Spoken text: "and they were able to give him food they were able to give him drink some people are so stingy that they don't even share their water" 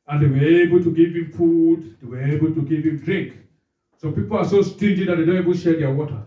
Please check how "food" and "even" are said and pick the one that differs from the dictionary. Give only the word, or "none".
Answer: even